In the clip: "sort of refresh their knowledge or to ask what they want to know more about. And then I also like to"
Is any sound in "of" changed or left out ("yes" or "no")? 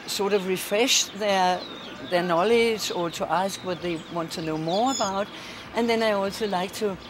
no